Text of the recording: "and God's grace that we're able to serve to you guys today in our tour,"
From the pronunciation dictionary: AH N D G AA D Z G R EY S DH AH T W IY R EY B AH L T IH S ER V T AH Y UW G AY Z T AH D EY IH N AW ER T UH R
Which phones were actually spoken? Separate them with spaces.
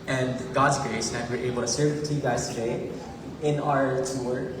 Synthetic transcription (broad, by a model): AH N G AA D Z G R EY S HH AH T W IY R EY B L T IH S ER V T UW G AY Z T AH D EY IH N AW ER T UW R